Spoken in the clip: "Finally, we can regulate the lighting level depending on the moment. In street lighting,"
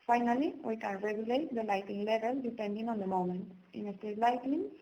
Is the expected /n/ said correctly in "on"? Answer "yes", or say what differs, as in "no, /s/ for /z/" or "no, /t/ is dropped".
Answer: yes